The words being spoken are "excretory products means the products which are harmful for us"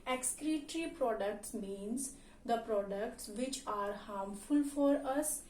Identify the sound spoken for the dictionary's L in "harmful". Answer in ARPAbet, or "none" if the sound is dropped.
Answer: L